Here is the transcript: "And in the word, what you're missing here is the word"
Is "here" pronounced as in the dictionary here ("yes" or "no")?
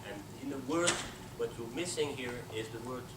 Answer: yes